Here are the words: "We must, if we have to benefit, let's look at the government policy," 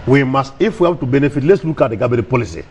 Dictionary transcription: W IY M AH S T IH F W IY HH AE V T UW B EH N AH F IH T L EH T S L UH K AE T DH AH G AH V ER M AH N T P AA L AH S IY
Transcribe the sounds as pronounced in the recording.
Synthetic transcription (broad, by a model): W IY M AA S T IH F W IY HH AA B T UW B EH N AH F IH T L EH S L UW K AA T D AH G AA B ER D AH P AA L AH S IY